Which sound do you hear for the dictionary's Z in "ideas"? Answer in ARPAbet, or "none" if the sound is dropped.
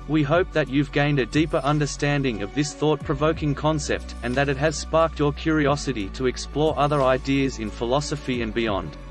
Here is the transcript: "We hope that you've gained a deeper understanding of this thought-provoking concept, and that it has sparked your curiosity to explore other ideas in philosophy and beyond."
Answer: Z